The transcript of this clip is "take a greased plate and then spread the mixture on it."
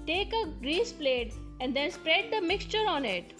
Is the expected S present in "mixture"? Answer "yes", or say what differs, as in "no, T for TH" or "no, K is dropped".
yes